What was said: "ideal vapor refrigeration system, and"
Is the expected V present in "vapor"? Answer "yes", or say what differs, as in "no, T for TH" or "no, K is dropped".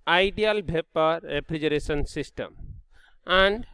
no, B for V